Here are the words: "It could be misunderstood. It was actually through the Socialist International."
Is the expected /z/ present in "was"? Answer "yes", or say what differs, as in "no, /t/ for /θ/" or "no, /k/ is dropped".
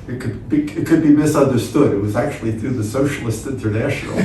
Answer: yes